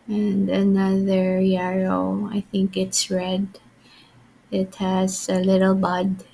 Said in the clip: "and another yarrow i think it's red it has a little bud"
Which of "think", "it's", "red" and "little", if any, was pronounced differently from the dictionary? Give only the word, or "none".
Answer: none